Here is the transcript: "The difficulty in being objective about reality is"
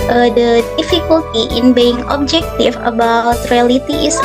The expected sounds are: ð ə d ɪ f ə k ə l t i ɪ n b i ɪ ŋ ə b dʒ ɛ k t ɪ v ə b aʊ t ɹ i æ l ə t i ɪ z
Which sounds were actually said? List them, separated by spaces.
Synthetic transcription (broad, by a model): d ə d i f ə k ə l t i ɪ n b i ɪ ŋ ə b dʒ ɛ k t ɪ f ə b aʊ t ɹ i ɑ l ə t i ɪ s